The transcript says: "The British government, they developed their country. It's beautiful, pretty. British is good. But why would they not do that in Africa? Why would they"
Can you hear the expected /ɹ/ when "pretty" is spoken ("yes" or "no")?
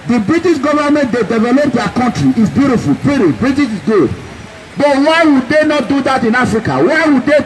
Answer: no